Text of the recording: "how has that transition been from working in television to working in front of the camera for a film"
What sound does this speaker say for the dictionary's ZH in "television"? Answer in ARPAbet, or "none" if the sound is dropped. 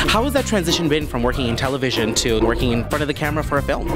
ZH